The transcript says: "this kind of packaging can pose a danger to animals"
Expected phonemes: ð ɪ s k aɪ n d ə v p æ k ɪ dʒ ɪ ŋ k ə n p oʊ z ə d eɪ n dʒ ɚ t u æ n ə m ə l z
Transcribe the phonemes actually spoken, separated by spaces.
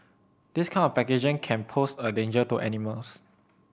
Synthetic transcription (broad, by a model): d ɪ s k aɪ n ə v p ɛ k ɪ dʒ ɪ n k ə n p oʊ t ə d eɪ n dʒ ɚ t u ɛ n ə m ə l s